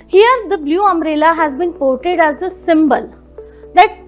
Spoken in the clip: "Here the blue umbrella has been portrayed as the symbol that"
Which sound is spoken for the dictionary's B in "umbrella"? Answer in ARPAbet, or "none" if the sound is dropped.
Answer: none